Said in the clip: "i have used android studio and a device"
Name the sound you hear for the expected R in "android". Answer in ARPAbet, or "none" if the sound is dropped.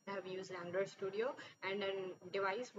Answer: none